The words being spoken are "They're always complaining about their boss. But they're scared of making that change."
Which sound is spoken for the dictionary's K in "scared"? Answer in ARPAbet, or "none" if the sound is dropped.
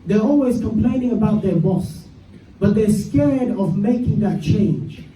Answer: K